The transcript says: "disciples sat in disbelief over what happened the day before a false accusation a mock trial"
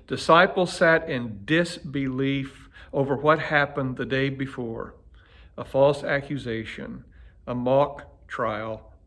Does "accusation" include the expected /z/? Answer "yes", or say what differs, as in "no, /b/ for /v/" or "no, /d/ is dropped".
yes